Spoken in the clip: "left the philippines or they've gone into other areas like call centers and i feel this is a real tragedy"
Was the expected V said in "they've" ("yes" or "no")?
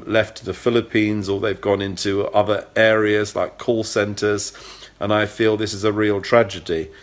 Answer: yes